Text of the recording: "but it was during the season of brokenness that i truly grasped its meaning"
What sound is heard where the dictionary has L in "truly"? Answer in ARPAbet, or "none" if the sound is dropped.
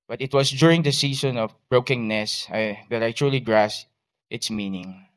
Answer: L